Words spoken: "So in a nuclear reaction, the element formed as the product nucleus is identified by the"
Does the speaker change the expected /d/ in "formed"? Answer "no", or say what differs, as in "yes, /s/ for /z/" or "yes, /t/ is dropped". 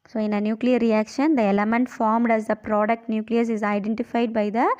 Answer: no